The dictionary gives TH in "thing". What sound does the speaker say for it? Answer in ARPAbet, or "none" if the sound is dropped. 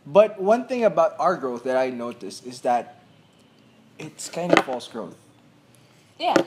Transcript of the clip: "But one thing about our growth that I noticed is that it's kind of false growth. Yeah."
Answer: TH